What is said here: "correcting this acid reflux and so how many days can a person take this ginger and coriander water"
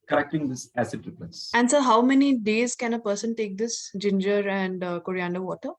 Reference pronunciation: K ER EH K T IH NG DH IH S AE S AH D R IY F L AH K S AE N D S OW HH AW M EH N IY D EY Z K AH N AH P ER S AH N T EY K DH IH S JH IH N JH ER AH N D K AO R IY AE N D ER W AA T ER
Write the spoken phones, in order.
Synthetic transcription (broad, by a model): K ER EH K T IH NG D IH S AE S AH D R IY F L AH S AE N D S OW HH AW M EH N IY D EY Z K AH N AH P ER S AH N T EY K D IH S JH IH N JH ER AH N D K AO R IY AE N D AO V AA T ER